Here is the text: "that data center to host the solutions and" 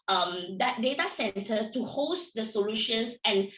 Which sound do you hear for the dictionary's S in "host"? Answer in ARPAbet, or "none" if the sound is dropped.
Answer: S